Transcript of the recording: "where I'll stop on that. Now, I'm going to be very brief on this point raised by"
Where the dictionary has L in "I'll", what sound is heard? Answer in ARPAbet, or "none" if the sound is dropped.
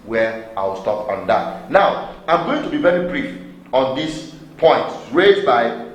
W